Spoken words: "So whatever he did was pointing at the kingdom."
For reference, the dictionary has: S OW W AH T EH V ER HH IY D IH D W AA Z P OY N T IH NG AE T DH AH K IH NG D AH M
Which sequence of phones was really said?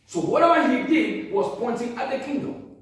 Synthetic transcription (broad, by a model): S OW W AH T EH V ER HH IY D IH D W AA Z P OY N T IH NG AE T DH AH K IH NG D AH M